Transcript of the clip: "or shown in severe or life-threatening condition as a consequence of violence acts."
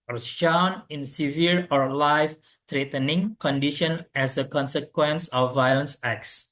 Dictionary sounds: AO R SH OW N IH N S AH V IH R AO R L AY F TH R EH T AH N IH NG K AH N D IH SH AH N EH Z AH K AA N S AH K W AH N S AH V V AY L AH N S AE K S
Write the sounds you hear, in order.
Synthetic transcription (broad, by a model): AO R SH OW N IH N S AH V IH R AO R L AY F T R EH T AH N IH NG K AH N D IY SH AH N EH S AH K AA N S AH K W AH N S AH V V AY L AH N S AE K S